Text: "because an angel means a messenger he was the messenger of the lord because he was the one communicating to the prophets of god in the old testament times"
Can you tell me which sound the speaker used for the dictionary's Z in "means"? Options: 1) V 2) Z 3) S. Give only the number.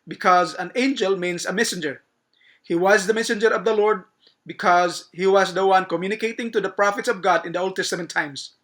3